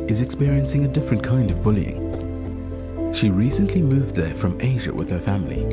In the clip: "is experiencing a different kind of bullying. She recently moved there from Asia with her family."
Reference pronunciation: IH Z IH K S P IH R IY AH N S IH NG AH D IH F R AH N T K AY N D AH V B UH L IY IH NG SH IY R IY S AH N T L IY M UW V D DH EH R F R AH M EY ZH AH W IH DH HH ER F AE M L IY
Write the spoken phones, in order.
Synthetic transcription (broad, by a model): IH Z IH K S P IH R IY AH N S IH NG AH D IH F R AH N K AY N D AH V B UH L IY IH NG SH IY R IY S AH N T L IY M UW V DH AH R F R AH M EY ZH AH W IH DH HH ER F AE M L IY